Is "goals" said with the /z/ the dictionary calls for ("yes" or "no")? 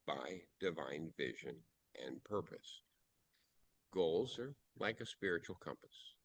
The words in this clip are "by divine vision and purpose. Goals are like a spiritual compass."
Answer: yes